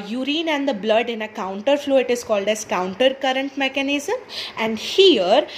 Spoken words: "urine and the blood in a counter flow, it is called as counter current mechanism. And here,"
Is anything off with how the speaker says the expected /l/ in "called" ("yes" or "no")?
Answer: no